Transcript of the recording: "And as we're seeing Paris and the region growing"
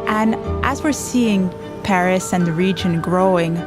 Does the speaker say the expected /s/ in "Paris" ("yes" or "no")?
yes